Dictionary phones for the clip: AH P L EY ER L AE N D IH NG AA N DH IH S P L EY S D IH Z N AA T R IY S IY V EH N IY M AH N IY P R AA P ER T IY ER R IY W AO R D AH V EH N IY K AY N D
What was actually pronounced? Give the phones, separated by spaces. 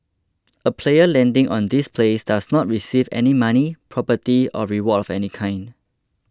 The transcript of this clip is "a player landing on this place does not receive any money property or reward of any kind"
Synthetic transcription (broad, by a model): AH P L EY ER L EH N D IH NG AA N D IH S P L EY S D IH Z N AA T R IY S IY V EH N IY M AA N IY P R AA P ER T IY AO R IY W AO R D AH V EH N IY K AY N D